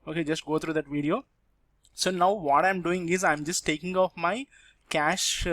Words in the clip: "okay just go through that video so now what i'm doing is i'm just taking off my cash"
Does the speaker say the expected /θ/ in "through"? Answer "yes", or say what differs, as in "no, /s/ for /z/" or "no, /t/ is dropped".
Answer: no, /t/ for /θ/